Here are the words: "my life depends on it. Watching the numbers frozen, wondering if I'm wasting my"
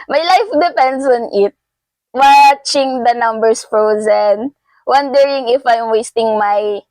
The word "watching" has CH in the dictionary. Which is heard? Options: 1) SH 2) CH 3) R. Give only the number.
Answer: 2